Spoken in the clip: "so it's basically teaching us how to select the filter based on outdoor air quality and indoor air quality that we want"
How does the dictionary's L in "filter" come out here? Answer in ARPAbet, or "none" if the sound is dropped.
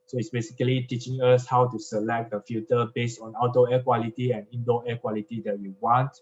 none